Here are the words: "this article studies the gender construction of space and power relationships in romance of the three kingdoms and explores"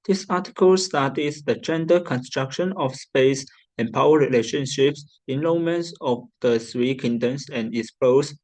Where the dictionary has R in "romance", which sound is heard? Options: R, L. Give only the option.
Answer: L